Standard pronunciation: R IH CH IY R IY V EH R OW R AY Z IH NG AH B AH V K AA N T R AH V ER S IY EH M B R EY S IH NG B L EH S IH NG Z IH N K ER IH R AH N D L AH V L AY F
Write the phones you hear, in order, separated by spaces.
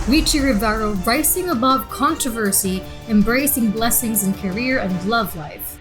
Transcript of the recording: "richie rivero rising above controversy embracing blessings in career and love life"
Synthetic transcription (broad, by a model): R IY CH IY R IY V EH R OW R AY S IH NG AH B AH V K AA N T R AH V ER S IY EH M B R EY S IH NG B L EH S IH NG Z IH N K ER IH R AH N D L AH V L AY F